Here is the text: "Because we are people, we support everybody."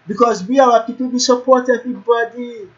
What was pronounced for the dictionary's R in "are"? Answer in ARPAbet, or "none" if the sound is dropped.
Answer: W